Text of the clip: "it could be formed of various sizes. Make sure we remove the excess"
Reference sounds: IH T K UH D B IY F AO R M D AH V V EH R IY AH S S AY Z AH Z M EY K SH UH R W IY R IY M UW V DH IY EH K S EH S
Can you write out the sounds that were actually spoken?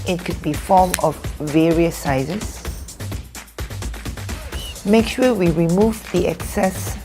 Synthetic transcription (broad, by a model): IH T K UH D B IY F AO M AH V V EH R IY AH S S AY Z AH S M EY K SH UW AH W IY R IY M UW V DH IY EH K S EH S